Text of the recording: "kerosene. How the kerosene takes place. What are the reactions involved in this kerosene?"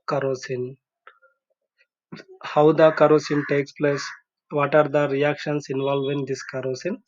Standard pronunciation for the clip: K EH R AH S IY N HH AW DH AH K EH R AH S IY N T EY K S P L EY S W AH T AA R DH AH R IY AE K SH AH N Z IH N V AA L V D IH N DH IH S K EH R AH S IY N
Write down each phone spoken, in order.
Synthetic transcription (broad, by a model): K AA R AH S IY N HH AW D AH K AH R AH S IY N T EY K S P L EY S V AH T AA R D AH R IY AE K SH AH N S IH N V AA L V IH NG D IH S K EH R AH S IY N